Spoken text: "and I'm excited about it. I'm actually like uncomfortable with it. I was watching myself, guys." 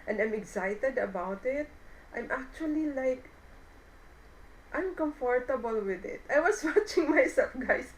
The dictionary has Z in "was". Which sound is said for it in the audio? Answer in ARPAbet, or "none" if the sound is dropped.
S